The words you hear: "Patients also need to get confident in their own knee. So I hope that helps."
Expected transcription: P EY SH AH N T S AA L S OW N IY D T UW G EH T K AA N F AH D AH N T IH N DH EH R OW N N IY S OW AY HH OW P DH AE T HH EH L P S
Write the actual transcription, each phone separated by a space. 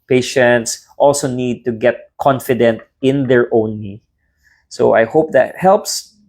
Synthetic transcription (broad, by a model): P EY SH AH N T S AA L S OW N IY D T UW G EH T K AA N F AH D AH N T IH N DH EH R OW N L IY S OW AY HH OW P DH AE T HH EH L P S